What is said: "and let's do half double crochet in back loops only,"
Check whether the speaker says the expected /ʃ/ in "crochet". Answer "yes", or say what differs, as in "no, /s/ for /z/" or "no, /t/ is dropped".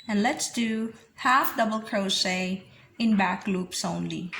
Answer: no, /s/ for /ʃ/